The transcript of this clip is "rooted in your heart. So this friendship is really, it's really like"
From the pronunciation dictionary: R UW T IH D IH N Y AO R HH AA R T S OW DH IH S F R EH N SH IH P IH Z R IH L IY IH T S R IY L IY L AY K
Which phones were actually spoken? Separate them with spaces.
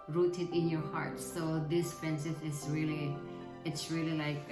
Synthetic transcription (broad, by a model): R UW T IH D IH N Y AO R HH AA R T S OW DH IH S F R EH N S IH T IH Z R IH L IY IH T S R IY L IY L AY K